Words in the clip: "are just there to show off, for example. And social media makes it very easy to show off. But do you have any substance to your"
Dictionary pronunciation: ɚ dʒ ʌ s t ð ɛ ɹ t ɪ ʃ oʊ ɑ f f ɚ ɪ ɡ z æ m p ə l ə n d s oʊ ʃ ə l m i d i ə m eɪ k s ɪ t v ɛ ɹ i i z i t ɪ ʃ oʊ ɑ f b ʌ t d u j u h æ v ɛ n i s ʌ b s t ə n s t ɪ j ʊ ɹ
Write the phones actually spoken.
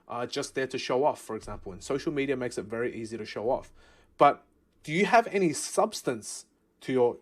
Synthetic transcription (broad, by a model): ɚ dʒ ʌ s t ð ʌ ɹ t ɪ ʃ oʊ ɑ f f ɚ ɪ ɡ z æ m p ə l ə n s oʊ ʃ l m i d i ə m eɪ k s ɪ t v ɛ ɹ i i z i t ɪ ʃ oʊ ɑ f b ʌ t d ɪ j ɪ v ɛ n i s ʌ b s t ə n s t ɪ j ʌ ɹ